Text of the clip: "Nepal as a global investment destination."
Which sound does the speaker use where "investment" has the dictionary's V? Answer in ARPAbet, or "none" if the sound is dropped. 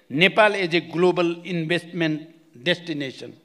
B